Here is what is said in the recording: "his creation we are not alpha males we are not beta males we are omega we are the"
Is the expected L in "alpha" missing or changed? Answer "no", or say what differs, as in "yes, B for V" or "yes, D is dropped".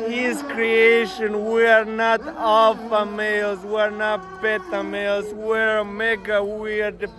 yes, L is dropped